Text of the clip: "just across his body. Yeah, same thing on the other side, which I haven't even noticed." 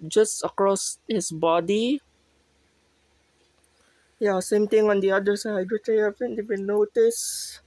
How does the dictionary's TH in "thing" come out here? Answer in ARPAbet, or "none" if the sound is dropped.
T